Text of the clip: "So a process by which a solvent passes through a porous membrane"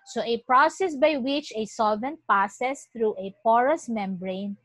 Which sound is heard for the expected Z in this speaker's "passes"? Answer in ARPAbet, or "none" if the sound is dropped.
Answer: S